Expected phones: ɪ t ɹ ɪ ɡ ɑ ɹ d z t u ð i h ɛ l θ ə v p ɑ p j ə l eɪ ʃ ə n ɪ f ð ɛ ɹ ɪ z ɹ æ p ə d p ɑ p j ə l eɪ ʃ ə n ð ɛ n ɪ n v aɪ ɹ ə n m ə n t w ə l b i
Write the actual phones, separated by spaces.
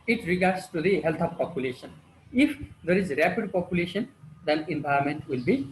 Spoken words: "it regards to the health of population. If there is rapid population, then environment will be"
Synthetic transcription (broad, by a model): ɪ t ɹ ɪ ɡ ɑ ɹ d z t u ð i h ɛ l t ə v p ɑ p j ə l eɪ ʃ ə n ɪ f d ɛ ɹ ɪ z ɹ æ p ə d p ɑ p j ə l eɪ ʃ ə n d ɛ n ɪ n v aɪ ə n m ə n t w ə l b i